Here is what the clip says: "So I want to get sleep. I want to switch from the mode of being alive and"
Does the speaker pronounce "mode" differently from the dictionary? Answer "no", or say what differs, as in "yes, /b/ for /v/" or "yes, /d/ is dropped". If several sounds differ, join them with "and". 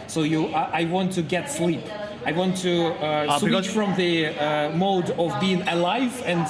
no